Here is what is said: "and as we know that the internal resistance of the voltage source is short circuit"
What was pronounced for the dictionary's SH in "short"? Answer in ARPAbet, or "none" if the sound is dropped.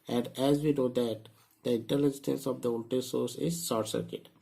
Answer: S